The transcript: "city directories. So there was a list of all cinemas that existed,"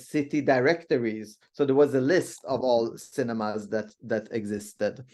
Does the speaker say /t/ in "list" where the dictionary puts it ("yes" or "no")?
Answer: yes